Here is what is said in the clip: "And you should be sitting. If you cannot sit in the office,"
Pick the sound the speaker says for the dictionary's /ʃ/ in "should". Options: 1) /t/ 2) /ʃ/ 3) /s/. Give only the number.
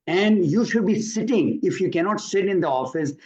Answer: 2